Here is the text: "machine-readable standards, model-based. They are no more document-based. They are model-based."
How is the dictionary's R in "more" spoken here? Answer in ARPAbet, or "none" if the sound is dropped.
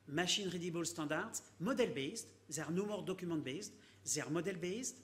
R